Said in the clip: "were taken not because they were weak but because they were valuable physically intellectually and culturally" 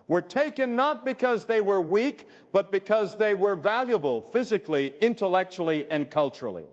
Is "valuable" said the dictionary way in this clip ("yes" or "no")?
yes